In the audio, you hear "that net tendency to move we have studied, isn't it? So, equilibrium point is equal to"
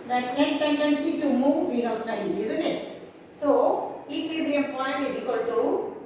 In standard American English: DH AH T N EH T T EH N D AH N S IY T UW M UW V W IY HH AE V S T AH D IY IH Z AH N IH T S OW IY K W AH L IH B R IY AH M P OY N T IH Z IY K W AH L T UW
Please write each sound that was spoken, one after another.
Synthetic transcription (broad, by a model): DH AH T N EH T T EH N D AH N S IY T UW M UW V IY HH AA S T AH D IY IH Z AH N IH T S OW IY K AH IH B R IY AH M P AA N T IH Z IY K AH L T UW